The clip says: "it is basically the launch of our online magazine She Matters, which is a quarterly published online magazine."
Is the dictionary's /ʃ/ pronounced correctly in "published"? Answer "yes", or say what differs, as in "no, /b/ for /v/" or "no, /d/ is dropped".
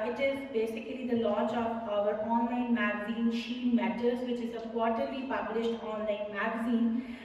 yes